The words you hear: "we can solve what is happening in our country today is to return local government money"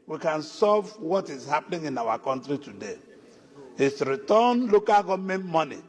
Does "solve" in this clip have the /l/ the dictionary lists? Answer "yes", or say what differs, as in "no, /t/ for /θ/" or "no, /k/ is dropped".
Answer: no, /l/ is dropped